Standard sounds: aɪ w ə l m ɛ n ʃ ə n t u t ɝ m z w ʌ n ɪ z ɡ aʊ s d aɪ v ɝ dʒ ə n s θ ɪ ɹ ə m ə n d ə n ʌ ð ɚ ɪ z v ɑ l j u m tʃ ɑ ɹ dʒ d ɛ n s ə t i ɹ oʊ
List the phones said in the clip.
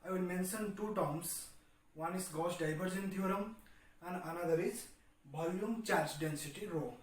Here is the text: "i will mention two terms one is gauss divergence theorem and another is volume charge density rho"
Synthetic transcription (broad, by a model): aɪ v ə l m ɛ n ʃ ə n t u t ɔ m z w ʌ n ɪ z ɡ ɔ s d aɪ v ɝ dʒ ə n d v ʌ ɹ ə m ə n d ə n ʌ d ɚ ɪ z b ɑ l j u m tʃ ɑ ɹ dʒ d ɛ n s ə t i ɹ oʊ